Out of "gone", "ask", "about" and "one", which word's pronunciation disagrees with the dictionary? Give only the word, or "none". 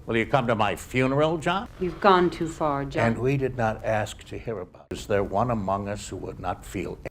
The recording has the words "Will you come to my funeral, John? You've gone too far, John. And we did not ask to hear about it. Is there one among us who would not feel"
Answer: about